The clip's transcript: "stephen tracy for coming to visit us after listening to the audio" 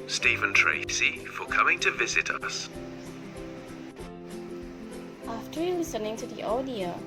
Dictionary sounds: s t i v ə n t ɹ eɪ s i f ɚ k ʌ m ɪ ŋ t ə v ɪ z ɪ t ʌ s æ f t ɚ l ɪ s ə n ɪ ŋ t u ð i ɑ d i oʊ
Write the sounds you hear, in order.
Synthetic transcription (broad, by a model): s t i v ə n t ɹ eɪ s i f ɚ k ʌ m ɪ ŋ t ə v ɪ z ɪ t ʌ s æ f t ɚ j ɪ s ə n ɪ ŋ t u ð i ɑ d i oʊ